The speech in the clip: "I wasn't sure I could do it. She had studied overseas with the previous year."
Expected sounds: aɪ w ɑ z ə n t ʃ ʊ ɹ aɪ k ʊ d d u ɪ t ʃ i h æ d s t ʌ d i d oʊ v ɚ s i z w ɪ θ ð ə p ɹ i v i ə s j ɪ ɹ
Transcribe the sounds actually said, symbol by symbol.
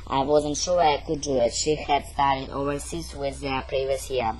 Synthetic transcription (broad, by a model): aɪ w ɑ z ə n t ʃ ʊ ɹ aɪ k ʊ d d u ɪ t ʃ i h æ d s t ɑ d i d oʊ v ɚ s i s w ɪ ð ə p ɹ i v i ə s j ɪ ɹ